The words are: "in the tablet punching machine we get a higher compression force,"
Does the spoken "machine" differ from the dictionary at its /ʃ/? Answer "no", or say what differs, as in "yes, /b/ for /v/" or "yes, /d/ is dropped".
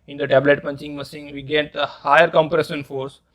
yes, /s/ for /ʃ/